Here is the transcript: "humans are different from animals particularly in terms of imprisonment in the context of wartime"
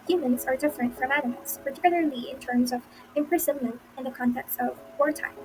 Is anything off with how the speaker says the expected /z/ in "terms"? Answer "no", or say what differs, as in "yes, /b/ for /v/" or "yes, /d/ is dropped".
no